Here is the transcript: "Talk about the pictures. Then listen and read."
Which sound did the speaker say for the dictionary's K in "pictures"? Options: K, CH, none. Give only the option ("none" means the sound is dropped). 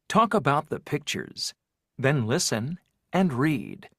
K